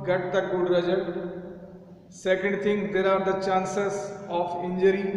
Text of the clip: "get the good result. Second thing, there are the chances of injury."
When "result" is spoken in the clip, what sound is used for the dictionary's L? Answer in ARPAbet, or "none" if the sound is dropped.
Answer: none